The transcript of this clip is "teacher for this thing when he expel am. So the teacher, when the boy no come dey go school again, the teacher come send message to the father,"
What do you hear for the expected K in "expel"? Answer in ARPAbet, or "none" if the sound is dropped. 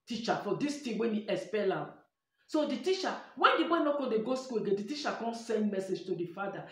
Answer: none